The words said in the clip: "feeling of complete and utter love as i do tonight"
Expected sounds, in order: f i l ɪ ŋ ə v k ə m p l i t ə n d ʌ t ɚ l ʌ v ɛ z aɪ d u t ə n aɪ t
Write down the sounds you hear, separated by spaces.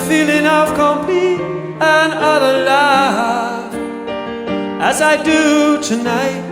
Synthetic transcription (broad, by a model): f i l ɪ ŋ ə v k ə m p i ə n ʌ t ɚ l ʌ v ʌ z aɪ d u t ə n aɪ t